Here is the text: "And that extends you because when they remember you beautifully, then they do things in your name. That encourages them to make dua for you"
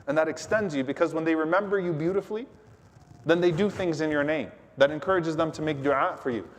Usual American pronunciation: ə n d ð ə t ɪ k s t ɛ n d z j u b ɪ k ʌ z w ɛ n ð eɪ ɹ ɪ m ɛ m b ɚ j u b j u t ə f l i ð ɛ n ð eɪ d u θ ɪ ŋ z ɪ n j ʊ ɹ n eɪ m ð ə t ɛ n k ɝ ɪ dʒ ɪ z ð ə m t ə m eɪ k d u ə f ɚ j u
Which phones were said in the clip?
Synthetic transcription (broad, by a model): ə n ð ə t ɪ k s t ɛ n d z j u b ɪ k ʌ z w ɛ n ð eɪ ɹ ɪ m ɛ m b ɚ j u b j u t ə f l i ð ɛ n ð eɪ d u θ ɪ ŋ z ɪ n j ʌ ɹ n eɪ m ð ə t ɛ n k ɝ ɪ dʒ ɪ z ð ə m t ə m eɪ k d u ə f ɚ j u